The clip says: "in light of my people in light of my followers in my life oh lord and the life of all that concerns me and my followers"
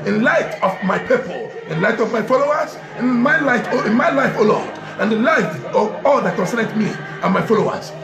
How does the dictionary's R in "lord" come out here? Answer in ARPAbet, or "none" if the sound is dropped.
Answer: L